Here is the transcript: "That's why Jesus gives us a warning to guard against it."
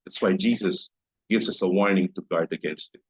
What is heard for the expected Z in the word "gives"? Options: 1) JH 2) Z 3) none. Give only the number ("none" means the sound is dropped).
2